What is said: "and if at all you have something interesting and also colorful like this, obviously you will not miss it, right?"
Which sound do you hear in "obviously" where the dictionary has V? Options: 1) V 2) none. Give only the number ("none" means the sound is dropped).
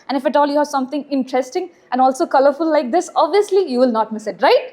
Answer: 1